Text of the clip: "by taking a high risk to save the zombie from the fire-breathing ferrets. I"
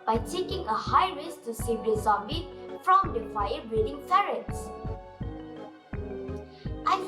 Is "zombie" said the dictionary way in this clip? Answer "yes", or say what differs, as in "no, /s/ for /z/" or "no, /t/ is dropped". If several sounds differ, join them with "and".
no, /m/ is dropped